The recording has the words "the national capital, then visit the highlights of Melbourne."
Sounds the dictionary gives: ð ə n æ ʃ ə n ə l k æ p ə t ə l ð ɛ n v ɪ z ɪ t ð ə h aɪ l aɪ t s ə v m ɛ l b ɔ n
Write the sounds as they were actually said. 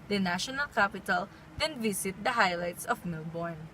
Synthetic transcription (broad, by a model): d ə n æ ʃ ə n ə l k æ p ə t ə l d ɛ n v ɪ s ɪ t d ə h aɪ l aɪ t s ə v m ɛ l b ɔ n